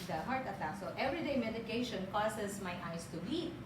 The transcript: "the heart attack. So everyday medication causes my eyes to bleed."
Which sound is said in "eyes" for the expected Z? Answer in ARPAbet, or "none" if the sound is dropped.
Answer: S